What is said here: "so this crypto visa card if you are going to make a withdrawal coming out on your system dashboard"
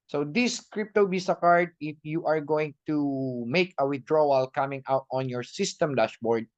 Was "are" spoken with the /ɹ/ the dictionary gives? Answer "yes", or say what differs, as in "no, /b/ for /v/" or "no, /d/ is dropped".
yes